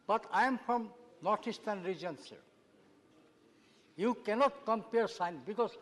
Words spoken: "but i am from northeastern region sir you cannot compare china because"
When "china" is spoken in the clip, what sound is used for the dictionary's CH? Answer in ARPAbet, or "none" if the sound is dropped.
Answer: S